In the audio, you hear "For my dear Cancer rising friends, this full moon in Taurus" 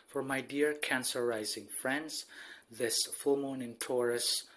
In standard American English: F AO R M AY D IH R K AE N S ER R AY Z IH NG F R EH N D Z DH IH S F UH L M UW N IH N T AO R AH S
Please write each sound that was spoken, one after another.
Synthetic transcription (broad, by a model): F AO R M AY D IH R K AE N S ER R AY Z IH NG F R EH N D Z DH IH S F UH L M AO N IH N T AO R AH S